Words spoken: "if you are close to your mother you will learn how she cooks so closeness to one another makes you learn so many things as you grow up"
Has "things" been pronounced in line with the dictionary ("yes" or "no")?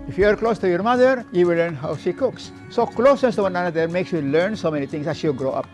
no